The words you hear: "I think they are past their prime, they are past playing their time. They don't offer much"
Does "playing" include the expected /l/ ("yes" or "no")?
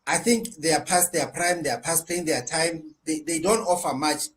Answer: no